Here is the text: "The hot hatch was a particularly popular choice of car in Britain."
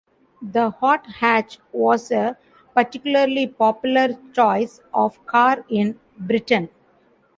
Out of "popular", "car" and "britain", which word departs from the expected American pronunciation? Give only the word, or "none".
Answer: none